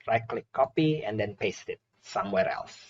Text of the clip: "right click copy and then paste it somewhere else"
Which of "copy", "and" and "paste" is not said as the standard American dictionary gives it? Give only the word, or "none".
none